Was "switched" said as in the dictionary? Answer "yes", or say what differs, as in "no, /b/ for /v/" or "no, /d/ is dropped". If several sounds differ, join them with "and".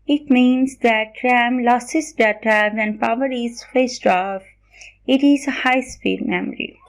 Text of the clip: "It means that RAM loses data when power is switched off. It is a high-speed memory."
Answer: no, /s/ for /tʃ/